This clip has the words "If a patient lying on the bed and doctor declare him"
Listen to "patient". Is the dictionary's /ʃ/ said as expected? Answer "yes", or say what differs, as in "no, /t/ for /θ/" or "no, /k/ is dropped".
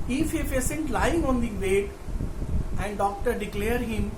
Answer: no, /s/ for /ʃ/